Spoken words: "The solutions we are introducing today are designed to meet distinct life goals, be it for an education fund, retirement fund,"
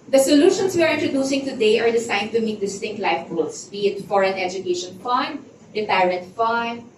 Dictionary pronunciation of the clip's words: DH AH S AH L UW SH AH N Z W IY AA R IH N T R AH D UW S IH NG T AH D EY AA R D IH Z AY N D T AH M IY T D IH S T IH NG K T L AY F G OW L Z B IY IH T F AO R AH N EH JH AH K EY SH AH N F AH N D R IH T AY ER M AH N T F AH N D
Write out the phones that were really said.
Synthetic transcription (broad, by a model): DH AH S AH L UW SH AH N S W IY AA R IH N T R AH D UW S IH NG T AH D EY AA R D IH S AY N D T AH M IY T D IH S T IH NG K T L AY F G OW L S B IY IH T F AO R AH N EH JH AH K EY SH AH N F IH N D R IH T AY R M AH N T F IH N